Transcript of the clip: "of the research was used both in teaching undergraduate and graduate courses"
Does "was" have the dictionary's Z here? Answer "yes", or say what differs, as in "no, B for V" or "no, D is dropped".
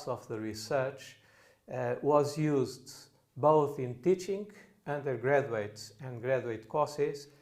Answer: yes